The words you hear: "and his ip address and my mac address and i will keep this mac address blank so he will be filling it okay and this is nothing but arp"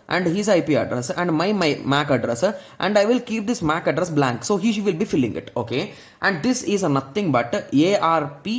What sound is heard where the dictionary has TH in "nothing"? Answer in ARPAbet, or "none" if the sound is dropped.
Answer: T